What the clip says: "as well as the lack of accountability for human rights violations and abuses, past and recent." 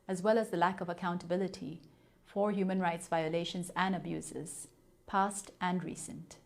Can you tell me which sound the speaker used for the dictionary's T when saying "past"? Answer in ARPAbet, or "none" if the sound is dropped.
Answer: T